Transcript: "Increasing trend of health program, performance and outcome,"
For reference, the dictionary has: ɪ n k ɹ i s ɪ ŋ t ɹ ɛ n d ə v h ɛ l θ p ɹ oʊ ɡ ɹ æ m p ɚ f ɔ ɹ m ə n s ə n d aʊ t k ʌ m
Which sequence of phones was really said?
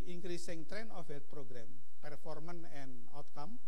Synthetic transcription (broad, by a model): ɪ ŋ k ɹ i s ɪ ŋ t ɹ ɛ n ə f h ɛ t p ɹ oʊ ɡ ɹ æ m p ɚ f ɔ ɹ m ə n ə n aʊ t k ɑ m